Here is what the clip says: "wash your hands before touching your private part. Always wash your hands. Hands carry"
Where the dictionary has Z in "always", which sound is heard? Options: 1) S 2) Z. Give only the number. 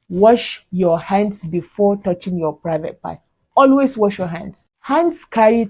1